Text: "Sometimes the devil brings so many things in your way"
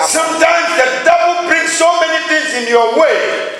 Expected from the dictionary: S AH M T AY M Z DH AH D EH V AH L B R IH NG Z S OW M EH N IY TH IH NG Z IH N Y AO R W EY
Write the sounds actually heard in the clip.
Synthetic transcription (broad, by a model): S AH M T AY M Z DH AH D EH B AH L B R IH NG S OW M EH N IY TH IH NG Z IH N Y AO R W EY